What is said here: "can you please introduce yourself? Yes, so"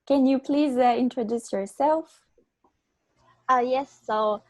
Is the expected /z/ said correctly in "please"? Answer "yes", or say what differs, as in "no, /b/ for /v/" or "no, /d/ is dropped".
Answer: yes